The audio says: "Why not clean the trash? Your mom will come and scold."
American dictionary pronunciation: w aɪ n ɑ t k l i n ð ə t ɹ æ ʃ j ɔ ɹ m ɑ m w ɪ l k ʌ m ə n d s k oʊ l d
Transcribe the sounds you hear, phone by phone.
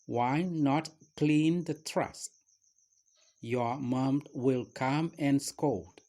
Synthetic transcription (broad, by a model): w aɪ n ɑ t k l i n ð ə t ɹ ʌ s j ɔ ɹ m ɑ m w ɪ l k ʌ m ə n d s k oʊ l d